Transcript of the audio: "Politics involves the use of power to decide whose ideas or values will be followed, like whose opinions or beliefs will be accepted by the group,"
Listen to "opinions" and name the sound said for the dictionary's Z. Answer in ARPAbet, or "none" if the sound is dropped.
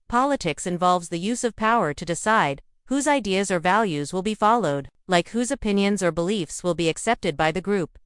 Z